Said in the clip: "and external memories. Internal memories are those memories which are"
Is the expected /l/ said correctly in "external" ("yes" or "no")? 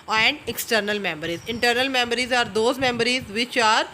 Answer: yes